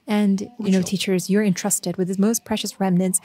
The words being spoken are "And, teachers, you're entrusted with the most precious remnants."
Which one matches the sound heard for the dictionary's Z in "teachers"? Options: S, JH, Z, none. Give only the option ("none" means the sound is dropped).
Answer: Z